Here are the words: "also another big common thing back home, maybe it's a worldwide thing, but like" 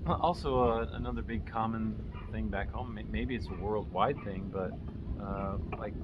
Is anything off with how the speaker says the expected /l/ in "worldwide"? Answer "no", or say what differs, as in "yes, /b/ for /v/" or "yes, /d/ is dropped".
no